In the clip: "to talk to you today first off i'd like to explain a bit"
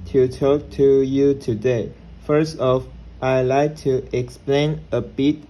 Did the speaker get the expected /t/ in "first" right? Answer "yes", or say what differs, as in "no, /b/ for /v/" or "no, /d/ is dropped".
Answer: yes